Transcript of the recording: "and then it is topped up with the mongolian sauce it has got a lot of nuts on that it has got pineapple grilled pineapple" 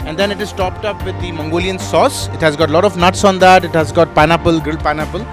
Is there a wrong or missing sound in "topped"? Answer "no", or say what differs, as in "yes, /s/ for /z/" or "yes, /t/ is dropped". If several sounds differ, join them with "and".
no